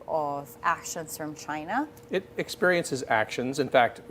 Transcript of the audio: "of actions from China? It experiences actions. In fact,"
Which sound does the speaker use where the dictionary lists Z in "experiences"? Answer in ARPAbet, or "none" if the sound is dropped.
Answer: Z